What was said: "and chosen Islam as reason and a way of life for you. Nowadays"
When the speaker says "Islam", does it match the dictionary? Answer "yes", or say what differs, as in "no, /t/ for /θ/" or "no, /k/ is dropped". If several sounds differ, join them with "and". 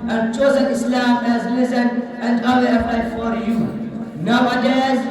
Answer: yes